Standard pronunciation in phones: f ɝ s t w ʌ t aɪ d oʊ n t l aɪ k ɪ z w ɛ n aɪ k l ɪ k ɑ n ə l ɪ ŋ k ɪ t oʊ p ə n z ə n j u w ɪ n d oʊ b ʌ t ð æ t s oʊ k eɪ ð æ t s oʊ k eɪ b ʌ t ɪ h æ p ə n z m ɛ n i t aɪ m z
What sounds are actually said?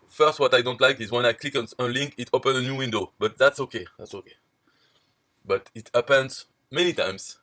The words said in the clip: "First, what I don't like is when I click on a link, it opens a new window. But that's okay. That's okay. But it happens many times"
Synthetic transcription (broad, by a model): f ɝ s t w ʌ t aɪ d oʊ n t l aɪ k ɪ z w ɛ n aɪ k l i k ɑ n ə l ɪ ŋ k ɪ t oʊ p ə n ə n j u w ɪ n d oʊ b ʌ t ð æ t s oʊ k eɪ ð æ t s oʊ k eɪ b ʌ t ɪ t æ p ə n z m ɛ n i t aɪ m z